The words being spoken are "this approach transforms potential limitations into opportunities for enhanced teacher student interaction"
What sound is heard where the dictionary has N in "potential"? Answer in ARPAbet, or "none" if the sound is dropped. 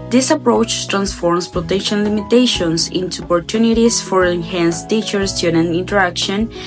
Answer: none